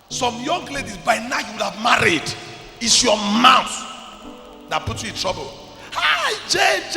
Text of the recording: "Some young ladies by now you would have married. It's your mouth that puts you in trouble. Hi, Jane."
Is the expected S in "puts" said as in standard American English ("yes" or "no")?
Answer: no